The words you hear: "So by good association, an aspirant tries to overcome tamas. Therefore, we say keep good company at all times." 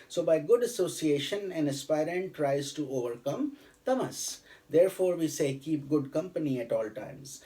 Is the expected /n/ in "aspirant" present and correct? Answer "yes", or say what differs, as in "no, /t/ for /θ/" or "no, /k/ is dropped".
yes